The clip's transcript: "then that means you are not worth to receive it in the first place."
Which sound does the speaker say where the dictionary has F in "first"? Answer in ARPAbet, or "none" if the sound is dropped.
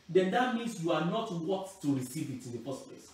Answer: P